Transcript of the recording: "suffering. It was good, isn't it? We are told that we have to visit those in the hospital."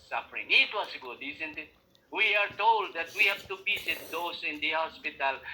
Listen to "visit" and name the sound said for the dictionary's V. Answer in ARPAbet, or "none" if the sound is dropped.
B